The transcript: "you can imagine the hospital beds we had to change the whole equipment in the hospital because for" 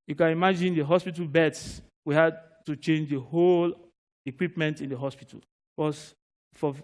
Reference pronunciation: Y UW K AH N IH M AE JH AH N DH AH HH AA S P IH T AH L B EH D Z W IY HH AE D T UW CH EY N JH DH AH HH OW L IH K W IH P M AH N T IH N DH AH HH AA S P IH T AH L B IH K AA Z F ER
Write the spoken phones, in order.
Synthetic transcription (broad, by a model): Y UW K AH N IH M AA JH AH N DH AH HH AA S P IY T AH L B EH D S W IY HH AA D T UW CH EY N JH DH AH HH OW L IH K W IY P M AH N T IH N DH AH HH AA S P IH T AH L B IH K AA S F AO